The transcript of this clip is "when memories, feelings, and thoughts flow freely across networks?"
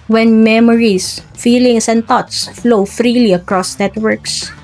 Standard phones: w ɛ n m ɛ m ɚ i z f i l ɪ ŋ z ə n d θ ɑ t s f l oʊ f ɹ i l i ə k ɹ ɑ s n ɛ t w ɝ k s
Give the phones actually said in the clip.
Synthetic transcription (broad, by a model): w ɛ n m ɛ m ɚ i s f i l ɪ ŋ s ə n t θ ɑ t s f l oʊ f ɹ i l i ə k ɹ ɑ s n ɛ t w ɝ k s